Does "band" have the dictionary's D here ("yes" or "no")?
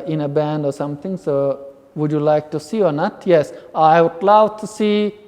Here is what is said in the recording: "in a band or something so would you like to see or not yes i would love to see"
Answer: yes